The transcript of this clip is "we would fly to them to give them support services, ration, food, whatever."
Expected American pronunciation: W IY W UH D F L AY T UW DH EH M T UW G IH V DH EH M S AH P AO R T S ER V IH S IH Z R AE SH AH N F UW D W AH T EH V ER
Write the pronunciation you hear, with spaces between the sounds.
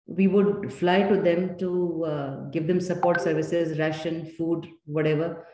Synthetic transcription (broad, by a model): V IY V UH D F L AY T UW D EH M T UW G IH V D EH M S AH P AO R T S ER V IH S IH Z R AE SH AH N F UW D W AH T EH V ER